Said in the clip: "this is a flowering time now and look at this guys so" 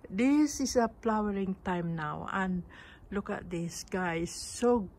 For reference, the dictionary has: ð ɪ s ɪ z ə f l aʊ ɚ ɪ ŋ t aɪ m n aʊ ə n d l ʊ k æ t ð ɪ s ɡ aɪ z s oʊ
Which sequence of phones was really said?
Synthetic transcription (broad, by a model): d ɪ s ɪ s ə p l aʊ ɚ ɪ ŋ t aɪ m n aʊ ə n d l ʊ k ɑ t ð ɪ s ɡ aɪ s oʊ